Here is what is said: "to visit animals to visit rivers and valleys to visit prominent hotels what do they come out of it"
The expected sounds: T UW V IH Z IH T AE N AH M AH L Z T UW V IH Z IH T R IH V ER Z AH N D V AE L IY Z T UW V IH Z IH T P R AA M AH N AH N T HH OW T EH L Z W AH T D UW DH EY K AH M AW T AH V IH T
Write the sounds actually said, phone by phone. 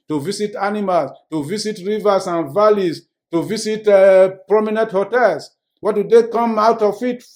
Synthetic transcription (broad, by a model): T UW V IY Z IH T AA N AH M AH L S T UW V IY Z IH T R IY V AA S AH N V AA L IY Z T UW V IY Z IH T P R AA M AH N AH N T HH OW T EH L S W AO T D UW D EY K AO M AW T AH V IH T